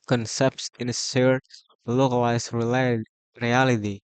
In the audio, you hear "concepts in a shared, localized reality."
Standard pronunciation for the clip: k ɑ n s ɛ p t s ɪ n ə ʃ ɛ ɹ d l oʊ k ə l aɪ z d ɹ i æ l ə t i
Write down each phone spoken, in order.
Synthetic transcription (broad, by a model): k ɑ n s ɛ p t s ɪ n ə s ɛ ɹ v l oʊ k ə l aɪ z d ɹ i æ l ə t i